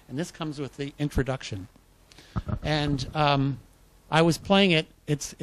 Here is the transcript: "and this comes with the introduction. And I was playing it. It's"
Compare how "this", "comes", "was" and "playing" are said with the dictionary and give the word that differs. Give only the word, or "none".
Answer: none